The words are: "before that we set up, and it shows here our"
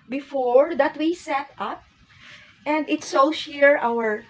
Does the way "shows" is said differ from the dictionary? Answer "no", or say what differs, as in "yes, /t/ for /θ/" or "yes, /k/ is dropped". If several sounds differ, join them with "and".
yes, /s/ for /ʃ/